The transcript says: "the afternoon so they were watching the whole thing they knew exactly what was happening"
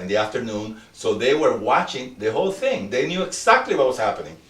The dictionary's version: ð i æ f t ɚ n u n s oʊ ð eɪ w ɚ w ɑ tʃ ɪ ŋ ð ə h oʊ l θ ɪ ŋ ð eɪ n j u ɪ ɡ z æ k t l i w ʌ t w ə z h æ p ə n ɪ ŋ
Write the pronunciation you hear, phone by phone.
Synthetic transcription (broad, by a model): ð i æ f t ɚ n u n s oʊ ð eɪ w ɚ w ɑ tʃ ɪ ŋ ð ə h oʊ l θ ɪ ŋ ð eɪ n j u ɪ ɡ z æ k t l i w ʌ t w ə s h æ p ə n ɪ ŋ